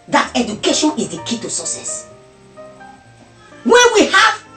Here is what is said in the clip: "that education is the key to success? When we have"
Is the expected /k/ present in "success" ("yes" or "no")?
no